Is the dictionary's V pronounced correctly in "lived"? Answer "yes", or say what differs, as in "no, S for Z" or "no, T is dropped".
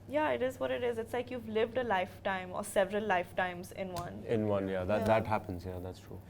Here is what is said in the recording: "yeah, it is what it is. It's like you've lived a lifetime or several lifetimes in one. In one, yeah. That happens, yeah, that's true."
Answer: yes